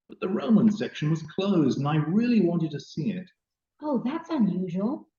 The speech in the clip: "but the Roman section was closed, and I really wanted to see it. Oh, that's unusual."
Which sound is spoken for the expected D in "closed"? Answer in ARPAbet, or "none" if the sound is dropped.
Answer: D